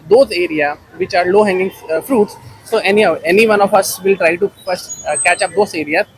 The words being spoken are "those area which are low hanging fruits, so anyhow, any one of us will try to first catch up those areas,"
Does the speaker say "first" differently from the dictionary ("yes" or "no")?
yes